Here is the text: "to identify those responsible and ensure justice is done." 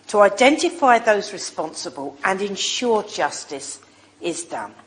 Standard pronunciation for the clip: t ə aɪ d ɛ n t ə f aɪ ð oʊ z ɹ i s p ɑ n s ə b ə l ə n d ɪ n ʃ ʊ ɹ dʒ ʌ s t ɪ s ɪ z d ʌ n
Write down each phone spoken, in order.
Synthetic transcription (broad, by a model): t ə aɪ d ɛ n t ə f aɪ ð oʊ z ɹ i s p ɑ n s ə b ə l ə n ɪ n ʃ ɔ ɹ dʒ ʌ s t ɪ s ɪ z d ʌ n